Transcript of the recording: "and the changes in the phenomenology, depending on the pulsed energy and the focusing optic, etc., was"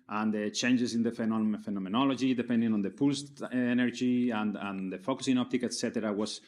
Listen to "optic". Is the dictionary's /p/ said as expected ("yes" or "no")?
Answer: yes